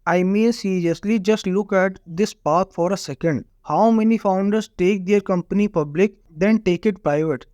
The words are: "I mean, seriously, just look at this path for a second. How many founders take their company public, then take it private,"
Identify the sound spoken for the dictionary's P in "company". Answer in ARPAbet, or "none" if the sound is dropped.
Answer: P